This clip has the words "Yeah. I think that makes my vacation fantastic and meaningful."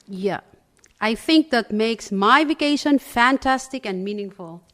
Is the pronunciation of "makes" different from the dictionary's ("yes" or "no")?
no